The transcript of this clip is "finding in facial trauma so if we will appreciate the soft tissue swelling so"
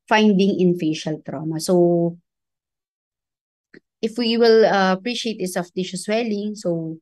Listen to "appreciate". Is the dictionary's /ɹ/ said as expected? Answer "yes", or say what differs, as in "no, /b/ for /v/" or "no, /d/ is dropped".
yes